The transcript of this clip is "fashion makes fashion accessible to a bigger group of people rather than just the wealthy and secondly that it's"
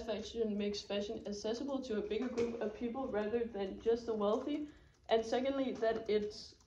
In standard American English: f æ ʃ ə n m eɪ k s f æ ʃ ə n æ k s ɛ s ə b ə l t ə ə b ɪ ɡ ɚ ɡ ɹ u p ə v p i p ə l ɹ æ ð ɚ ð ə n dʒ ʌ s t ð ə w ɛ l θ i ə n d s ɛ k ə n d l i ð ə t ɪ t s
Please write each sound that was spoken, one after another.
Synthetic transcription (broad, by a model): f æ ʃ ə n m eɪ k s f æ ʃ ə n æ s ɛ s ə b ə l t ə ə b ɪ ɡ ɚ ɡ ɹ u p ə v p i p l ɹ æ ð ɚ ð ə n dʒ ʌ s t ð ə w ɛ l θ i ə n s ɛ k ə n d l i ð ə t ɪ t s